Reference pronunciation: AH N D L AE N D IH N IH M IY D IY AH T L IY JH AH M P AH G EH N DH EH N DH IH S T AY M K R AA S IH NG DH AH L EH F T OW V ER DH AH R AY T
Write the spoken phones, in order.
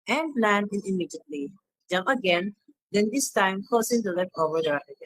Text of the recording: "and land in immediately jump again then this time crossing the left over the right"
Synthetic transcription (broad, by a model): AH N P L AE N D IH N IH M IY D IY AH T L IY JH AH M P AH G EH N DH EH N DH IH S T AY M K AA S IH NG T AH L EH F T OW V ER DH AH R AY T